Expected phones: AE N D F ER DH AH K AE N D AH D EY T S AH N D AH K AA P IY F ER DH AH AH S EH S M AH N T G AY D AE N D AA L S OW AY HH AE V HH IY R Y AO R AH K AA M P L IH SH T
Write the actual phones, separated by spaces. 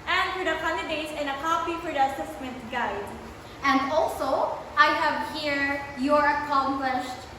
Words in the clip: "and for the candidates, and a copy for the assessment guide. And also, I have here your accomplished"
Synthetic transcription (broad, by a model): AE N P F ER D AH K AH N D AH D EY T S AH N AH K AA P IY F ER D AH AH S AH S M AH T G AY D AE N D AA L S OW AY HH AE V HH IY R Y AO R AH K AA M P L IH SH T